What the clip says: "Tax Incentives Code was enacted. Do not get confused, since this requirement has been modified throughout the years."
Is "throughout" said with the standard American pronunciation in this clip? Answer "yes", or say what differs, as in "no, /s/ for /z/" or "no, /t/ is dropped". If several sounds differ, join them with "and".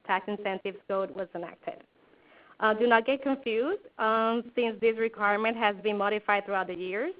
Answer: yes